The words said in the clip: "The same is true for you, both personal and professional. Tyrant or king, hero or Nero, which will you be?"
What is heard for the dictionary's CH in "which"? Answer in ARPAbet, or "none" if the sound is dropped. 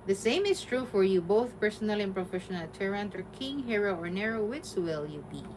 S